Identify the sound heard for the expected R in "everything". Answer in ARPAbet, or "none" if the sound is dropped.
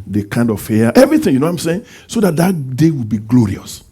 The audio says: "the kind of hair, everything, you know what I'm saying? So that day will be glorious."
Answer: none